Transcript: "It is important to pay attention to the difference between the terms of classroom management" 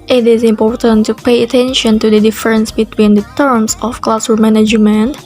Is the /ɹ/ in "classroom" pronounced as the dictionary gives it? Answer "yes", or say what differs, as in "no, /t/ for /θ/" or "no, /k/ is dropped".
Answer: no, /ɹ/ is dropped